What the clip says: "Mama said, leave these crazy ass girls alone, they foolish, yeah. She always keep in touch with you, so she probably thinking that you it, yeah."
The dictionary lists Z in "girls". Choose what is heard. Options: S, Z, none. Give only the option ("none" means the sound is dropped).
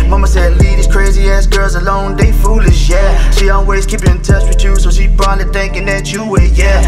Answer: Z